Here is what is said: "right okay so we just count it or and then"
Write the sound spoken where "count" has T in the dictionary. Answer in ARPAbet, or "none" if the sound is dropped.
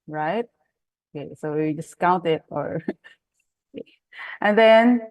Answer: T